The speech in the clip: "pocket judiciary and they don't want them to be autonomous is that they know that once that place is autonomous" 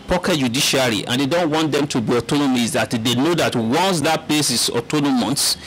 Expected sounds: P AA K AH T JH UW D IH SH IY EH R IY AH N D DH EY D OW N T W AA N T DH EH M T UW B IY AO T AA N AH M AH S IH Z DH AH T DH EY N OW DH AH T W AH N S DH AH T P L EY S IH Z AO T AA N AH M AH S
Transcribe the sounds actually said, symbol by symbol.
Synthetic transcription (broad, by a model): P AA K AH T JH UW D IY SH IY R IY AH N D EY D OW N T W AA N T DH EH M T UW B IY AO T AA N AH M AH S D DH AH T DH EY N OW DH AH T W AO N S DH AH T P L EY S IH S AO T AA N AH M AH S